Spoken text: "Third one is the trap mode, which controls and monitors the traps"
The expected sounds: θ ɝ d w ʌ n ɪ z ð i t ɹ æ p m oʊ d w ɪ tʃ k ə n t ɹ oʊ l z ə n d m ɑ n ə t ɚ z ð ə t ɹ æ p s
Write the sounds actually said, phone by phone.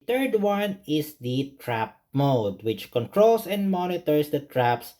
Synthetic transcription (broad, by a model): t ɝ d w ʌ n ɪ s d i t ɹ æ p m oʊ d w ɪ tʃ k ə n t ɹ oʊ l s ə n d m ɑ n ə t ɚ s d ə t ɹ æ p s